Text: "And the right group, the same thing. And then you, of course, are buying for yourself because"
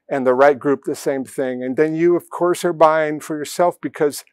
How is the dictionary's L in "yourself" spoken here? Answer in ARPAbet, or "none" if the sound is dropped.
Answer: L